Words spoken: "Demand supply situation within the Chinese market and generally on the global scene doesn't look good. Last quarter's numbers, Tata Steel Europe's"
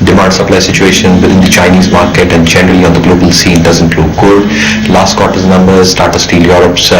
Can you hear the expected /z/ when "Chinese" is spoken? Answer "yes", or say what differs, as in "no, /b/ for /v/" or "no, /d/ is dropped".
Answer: yes